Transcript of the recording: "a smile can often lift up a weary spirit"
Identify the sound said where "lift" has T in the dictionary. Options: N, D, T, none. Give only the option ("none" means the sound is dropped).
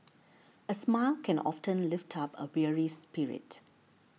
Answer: T